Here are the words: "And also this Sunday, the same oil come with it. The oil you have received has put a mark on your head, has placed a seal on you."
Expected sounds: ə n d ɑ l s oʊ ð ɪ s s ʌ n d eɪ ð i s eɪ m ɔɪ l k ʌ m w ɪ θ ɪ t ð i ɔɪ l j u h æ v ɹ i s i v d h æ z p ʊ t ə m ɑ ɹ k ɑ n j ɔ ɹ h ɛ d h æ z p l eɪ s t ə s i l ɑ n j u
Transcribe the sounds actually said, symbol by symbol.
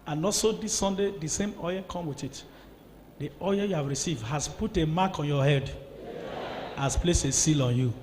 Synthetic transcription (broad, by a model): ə n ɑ s oʊ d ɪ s s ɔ n d eɪ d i s eɪ m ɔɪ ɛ k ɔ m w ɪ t ɪ t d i ɔɪ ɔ j u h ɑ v ɹ i s i v d h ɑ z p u t ə m ɑ k ɑ n j ɔ h ɛ d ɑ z p l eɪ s ə s i l ɑ n j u